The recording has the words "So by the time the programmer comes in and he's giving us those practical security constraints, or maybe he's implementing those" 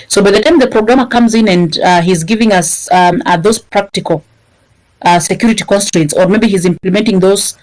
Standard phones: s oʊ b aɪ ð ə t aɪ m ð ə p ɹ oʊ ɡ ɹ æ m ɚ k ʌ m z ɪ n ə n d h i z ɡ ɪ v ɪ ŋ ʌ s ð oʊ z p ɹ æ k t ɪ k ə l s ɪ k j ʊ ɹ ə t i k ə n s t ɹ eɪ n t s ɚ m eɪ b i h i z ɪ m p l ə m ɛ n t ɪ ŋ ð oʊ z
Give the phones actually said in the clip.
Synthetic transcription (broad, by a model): s oʊ b aɪ ð ə t aɪ m ð ə p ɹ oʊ ɡ ɹ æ m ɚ k ʌ m z ɪ n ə n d h i z ɡ ɪ v ɪ ŋ ʌ s ð oʊ z p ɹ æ k t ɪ k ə l s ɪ k j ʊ ɹ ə t i k ə n s t ɹ eɪ n t s ɚ m eɪ b i h i z ɪ m p l ə m ɛ n t ɪ ŋ ð oʊ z